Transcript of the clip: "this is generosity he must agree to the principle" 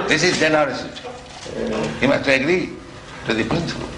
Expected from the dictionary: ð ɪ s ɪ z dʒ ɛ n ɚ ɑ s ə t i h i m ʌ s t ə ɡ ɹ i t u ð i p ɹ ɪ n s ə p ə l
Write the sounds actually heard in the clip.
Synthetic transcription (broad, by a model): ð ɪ s ɪ z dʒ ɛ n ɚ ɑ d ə s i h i m ʌ s t ə ɡ ɹ i t u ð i p ɹ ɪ n s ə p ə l